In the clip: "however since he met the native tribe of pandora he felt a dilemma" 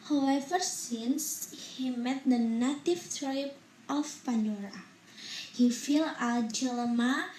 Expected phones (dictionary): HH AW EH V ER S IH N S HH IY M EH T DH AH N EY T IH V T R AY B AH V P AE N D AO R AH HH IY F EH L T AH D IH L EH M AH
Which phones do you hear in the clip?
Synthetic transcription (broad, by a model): HH AW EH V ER S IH N S HH IY M EH T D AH N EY T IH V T R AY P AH F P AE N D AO R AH HH IY F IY L AH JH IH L M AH